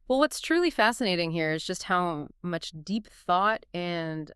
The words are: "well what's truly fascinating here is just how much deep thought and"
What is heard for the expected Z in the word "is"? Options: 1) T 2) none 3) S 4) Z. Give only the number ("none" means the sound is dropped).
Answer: 4